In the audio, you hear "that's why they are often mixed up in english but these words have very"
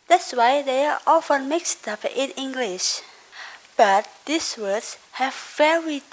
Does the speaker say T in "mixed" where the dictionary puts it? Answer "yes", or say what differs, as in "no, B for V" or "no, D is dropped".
yes